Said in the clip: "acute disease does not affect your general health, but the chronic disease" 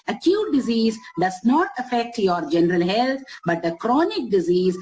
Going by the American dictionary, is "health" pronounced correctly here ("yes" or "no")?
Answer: no